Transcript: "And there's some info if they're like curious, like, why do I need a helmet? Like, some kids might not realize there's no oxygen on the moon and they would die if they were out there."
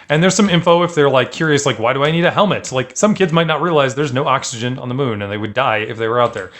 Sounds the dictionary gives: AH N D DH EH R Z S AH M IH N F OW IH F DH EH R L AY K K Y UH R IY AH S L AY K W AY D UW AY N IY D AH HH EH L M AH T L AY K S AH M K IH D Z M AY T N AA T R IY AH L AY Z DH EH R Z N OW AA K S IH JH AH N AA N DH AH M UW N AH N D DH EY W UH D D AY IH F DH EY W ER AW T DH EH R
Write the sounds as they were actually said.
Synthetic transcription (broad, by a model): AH N DH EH R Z S AH M IH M F OW IH F DH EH R L AY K K Y UH R IY AH S L AY K W AY D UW AY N IY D AH HH EH L M AH T L AY K S AH M K IH D Z M AY T N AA T R IY AH L AY Z DH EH R Z N OW AA K S IH JH AH N N DH AH M UW N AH N DH EY W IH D D AY IH F DH EY W ER AW T DH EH R